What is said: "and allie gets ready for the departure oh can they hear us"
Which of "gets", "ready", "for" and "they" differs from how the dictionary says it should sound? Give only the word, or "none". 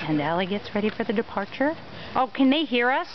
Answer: none